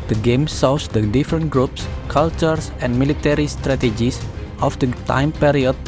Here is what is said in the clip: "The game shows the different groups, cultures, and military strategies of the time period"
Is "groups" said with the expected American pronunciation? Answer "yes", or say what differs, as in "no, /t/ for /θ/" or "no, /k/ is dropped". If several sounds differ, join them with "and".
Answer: yes